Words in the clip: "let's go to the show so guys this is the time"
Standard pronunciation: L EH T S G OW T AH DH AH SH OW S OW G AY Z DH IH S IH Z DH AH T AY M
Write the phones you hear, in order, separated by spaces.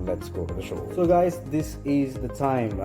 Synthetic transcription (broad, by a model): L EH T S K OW T AH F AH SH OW S OW G AY Z DH IH S IH Z DH AH T AY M